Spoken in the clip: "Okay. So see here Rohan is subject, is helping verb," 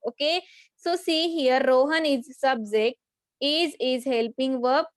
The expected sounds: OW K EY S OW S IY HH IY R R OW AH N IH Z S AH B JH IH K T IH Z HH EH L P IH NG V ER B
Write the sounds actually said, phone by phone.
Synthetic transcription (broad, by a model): OW K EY S OW S IY HH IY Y R OW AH N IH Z S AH B Z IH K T IH Z HH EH L P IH NG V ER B